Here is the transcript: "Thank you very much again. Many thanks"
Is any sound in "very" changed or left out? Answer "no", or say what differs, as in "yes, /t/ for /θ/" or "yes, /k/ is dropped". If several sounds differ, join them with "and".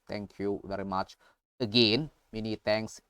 no